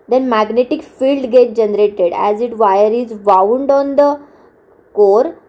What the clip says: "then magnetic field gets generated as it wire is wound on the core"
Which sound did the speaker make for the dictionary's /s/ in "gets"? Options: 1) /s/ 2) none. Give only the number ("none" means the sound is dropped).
2